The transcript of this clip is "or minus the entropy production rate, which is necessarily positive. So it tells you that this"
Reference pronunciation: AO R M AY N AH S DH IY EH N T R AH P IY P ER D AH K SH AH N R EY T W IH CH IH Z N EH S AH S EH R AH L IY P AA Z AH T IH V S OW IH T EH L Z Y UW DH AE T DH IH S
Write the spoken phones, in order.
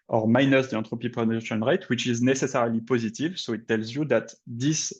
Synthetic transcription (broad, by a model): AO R M AY N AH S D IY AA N T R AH P IY P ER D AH SH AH N R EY T W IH CH IH Z N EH S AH S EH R L IY P AA Z AH T IH V S OW IH T EH L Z Y UW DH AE T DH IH S